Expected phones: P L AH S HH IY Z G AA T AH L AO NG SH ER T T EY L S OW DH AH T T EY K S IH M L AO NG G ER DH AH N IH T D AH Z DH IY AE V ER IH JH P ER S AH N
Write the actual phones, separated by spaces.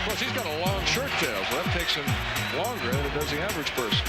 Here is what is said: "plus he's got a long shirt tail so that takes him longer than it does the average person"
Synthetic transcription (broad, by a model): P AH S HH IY Z G AA T AH L AO NG SH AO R T EY L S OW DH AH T T EY K S IH M L AO NG G ER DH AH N IH T D AH Z DH IY AE V ER IH JH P ER S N